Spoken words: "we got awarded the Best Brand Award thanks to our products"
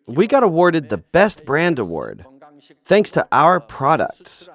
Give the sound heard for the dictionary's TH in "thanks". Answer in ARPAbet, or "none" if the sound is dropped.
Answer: TH